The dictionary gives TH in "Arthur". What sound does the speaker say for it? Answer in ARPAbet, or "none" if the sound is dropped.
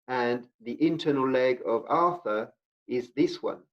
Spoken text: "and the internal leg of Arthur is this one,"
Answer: TH